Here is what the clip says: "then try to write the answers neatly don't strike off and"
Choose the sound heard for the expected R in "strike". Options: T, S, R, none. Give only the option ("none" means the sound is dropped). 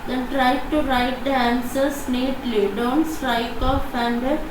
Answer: R